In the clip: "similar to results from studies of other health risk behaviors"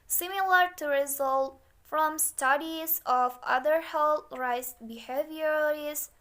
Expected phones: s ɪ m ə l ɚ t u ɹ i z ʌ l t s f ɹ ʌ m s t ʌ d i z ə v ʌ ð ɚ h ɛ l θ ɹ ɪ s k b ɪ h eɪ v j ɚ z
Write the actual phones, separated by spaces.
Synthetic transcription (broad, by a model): s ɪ m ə l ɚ t u ɹ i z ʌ l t f ɹ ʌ m s t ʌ d i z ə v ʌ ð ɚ h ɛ l ɹ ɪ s b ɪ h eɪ v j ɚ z